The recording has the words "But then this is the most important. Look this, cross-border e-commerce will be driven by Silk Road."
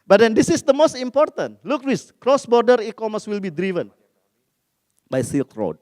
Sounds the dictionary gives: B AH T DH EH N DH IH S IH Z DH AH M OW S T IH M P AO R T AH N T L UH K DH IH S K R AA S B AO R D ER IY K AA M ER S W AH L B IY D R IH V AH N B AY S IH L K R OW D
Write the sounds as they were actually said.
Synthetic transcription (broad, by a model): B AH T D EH N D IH S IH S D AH M OW S T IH M P AO R T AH N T L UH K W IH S K R AA S B AO R D ER IY K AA M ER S W AH L B IY D R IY V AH N B AY S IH L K R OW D